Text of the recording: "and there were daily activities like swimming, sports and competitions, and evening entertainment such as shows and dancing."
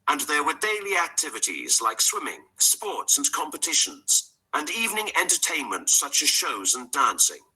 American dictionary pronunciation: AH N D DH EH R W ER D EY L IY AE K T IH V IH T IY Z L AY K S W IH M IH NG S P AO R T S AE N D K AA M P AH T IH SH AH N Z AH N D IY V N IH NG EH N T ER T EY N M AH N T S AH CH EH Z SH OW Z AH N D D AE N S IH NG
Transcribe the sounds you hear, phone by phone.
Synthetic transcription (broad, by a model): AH N DH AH R W ER D EY L IY AE K T IH V IH T IY Z L AY K S W IH M IH NG S P AO R T S N K AA M P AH T IH SH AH N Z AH N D IY V N IH NG EH N T ER T EY N M AH N T S AH CH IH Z SH OW Z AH N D D AE N S IH NG